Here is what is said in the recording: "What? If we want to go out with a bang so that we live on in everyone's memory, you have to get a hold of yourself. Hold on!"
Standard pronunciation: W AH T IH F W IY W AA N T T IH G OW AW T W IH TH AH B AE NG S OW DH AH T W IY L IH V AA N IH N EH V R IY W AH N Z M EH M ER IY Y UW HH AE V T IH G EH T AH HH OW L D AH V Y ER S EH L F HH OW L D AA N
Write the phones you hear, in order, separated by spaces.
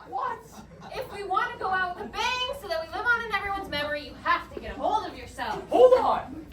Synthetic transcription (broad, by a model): W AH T IH F W IY W AA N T T IH G OW AW T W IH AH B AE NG S OW DH AH T W IY L IH V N IH N EH V R IY W AH N Z M EH M ER IY Y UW HH AE F T IH G EH T AH HH OW L D AH V Y ER S EH L F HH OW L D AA